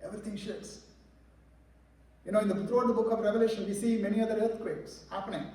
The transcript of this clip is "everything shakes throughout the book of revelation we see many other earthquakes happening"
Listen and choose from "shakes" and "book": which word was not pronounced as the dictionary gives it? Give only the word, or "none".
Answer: shakes